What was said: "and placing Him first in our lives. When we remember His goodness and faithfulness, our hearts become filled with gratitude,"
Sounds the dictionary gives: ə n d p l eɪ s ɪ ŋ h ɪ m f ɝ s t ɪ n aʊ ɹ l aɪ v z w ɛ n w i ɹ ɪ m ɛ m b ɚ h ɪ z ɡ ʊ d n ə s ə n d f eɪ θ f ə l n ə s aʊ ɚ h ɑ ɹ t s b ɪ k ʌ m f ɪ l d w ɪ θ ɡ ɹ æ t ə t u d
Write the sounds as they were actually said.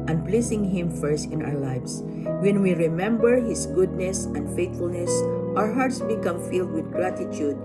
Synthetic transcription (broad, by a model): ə n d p l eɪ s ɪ ŋ h ɪ m f ɝ s t ɪ n aʊ ɹ l aɪ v s w ɛ n w i ɹ ɪ m ɛ m b ɚ h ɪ s ɡ ʊ d n ə s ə n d f eɪ t f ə l n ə s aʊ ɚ h ɑ ɹ t s b ɪ k ʌ m f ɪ l d w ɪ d ɡ ɹ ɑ t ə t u d